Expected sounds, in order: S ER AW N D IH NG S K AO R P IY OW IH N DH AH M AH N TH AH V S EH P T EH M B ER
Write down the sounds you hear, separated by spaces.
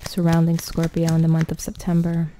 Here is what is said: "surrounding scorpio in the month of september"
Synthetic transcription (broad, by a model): S ER AW N D IH NG S K AO R P IY OW IH N DH AH M AH N TH AH V S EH P T EH M B ER